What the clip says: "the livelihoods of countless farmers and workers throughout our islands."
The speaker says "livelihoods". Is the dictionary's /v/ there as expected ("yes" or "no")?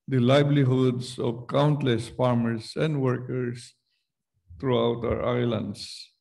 no